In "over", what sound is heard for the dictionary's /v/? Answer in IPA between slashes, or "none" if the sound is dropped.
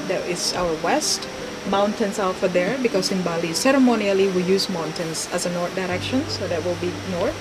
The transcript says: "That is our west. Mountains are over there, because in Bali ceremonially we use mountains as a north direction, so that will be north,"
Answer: /f/